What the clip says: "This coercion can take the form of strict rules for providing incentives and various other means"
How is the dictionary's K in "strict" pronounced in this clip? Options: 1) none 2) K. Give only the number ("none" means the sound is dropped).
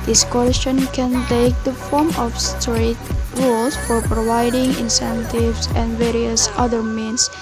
1